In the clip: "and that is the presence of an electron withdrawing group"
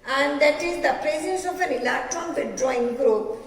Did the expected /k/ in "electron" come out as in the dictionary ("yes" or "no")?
no